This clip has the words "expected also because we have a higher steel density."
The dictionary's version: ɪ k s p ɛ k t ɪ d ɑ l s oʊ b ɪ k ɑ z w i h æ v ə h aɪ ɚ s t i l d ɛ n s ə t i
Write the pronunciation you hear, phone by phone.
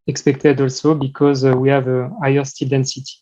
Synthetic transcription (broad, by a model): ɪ k s p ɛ k t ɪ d ɑ l s oʊ b ɪ k ɑ z w i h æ v ə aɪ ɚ s t i l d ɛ n s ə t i